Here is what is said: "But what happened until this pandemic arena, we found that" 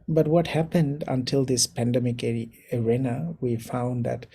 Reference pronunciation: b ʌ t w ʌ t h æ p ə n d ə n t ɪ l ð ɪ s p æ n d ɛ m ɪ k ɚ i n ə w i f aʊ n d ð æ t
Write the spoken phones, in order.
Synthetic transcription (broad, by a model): b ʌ t w ʌ t h æ p ə n d ə n t ɪ l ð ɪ s p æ n d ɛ m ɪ k ɚ i n ə w i f aʊ n d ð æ t